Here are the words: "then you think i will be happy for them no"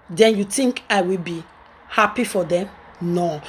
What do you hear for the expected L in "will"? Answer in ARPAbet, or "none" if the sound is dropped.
L